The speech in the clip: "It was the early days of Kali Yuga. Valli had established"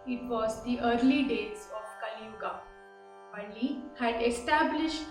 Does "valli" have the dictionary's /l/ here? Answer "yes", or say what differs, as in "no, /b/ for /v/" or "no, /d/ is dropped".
no, /n/ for /l/